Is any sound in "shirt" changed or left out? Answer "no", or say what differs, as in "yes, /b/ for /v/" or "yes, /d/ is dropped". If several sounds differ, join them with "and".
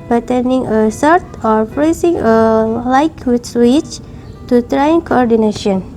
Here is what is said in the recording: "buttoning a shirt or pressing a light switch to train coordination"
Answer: yes, /s/ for /ʃ/